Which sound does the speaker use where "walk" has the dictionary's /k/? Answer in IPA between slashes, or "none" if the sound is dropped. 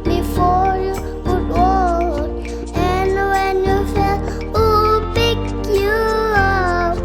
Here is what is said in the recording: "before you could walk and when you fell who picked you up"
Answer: none